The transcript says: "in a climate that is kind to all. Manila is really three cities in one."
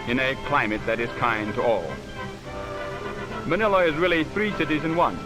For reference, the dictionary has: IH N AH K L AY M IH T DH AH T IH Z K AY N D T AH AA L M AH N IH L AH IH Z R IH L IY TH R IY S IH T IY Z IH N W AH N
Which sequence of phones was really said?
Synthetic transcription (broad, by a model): IH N AH K L AY M IH T DH AH T IH Z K AY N T AH AA L M AH N IH L AH IH Z R IH L IY TH R IY S IH T IY Z IH N W AH N